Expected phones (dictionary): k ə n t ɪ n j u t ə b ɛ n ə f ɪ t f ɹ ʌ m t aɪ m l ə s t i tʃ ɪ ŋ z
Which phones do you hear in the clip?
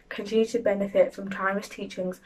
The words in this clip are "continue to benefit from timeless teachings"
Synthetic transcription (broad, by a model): k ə n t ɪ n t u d b ɛ n ə f ɪ t f ɹ ʌ m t aɪ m ə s t i tʃ ɪ ŋ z